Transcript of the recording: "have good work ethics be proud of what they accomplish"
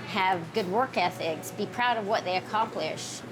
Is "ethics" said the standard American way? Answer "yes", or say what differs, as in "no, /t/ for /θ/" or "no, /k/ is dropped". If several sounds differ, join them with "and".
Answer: yes